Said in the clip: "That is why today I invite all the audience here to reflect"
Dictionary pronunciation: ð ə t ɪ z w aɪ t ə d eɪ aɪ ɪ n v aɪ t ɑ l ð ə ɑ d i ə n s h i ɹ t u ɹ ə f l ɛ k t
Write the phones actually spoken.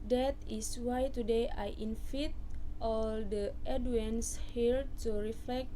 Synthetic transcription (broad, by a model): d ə t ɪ s w aɪ t ə d eɪ aɪ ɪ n f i t ɑ l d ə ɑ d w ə n s h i l t u ɹ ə f l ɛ k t